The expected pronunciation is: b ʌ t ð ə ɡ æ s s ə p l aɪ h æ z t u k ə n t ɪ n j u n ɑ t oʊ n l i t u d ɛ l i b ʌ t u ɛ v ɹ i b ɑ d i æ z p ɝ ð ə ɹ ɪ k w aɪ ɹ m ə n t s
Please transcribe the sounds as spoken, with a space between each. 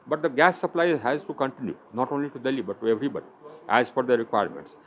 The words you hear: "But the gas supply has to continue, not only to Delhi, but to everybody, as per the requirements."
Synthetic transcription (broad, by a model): b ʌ t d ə ɡ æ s s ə p l aɪ h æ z t u k ə n t ɪ n j u n ɑ t oʊ n l i t u d ɛ l i b ʌ t u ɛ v ɹ i b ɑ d i æ z f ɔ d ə ɹ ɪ k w aɪ ɹ m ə n t s